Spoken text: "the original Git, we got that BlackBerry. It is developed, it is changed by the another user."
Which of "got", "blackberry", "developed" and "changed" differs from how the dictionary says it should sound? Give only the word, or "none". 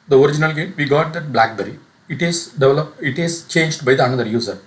developed